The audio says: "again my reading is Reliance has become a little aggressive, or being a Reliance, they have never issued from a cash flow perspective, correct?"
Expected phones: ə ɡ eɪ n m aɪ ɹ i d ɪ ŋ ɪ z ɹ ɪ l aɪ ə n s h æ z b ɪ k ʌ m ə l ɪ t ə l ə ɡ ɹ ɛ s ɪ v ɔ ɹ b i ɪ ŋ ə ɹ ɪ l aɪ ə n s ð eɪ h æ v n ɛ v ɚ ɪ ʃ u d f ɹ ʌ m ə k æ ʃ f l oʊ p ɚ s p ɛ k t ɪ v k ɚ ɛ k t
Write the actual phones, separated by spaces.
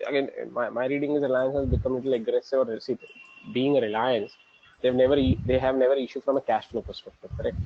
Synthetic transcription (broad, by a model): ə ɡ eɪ n m aɪ ɹ i d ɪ ŋ ɪ z ɹ ɪ l aɪ ə n s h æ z b ɪ k ʌ m l ɪ t ə l ə ɡ ɹ ɛ s ɪ v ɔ ɹ b i ɪ ŋ ə ɹ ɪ l aɪ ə n s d eɪ h æ v n ɛ v ɚ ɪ ʃ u f ɹ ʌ m ə k æ ʃ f n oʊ p ɚ s p ɛ k t ɪ v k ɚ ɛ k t